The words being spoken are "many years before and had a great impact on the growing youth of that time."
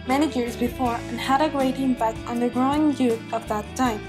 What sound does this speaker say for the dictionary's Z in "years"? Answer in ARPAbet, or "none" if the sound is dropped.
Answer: Z